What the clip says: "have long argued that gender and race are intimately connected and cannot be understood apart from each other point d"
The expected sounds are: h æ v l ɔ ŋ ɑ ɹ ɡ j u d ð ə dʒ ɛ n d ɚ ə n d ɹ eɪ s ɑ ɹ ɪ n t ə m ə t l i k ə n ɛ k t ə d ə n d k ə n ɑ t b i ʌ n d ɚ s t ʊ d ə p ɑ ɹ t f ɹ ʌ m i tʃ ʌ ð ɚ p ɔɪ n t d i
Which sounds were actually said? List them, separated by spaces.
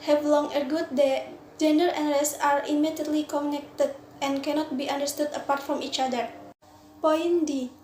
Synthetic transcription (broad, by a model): h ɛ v l ɔ ŋ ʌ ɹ ɡ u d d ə dʒ ɛ n d ɚ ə n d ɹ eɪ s ɑ ɹ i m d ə ə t l i k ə n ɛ k t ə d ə n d k ə n ɑ t b i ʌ n d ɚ s t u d ə p ɑ ɹ t f ɹ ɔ m i tʃ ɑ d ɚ p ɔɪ n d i